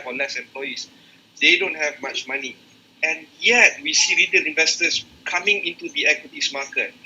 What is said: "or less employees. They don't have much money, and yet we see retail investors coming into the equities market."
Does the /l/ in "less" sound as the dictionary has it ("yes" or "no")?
no